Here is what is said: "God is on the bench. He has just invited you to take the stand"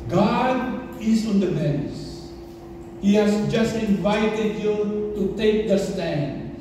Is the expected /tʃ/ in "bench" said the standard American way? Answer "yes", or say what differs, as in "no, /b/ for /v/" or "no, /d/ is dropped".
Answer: no, /s/ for /tʃ/